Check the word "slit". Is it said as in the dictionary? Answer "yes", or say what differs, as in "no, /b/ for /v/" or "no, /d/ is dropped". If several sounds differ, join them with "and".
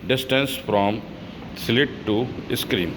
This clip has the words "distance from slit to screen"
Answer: yes